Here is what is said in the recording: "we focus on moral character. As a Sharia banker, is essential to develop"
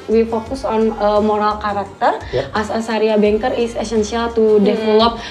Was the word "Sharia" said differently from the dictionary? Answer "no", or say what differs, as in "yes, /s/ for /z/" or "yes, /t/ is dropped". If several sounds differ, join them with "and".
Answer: yes, /s/ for /ʃ/